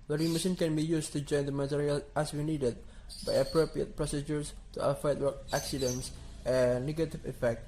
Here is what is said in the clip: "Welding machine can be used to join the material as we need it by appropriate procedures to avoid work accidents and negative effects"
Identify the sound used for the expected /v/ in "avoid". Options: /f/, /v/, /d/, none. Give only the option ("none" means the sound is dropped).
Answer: /f/